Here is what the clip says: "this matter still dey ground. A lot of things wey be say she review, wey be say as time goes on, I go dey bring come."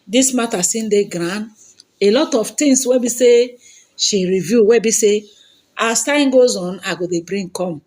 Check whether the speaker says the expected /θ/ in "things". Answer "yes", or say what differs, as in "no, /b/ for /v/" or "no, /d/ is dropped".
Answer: no, /t/ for /θ/